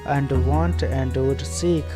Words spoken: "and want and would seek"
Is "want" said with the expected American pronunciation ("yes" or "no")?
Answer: yes